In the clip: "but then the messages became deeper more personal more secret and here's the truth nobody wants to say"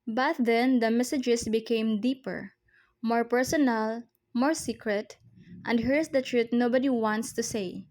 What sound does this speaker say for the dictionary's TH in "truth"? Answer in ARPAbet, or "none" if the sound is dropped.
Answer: T